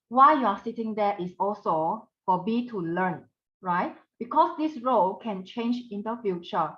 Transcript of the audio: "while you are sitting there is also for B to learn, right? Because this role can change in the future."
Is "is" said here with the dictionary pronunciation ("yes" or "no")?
no